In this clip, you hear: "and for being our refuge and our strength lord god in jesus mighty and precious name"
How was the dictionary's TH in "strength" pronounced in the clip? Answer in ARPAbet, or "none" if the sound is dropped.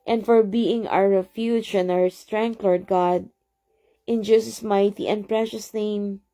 T